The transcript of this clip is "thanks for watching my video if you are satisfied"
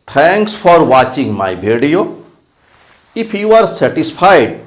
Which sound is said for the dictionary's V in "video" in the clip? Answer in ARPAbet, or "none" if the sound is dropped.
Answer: B